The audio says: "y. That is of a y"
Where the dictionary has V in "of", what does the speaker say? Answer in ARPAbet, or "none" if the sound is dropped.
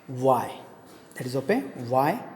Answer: P